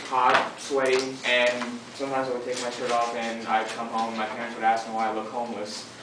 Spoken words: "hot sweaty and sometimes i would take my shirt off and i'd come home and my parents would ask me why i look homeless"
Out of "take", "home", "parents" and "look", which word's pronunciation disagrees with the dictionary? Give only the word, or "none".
home